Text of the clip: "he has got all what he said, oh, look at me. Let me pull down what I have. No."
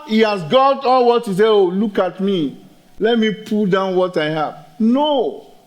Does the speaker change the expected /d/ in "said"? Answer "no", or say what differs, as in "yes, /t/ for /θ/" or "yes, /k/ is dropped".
yes, /d/ is dropped